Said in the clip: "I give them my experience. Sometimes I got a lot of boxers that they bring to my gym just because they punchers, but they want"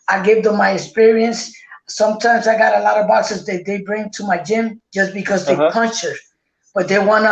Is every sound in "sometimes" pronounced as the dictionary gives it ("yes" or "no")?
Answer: yes